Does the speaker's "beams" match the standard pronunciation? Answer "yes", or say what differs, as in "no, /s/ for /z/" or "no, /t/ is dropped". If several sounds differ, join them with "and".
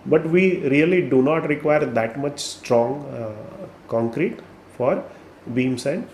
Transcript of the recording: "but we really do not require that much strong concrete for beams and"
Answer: no, /s/ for /z/